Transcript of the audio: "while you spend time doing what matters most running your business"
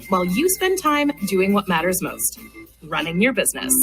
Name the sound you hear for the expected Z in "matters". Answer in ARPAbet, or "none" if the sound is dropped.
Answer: Z